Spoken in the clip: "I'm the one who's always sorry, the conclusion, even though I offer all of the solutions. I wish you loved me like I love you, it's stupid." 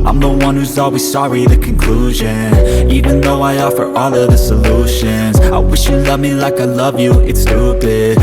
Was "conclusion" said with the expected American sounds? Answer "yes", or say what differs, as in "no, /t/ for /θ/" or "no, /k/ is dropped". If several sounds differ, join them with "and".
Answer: yes